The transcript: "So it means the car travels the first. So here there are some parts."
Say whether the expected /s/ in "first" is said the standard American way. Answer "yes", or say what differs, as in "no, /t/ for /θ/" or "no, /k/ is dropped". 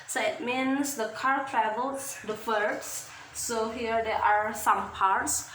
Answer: no, /s/ is dropped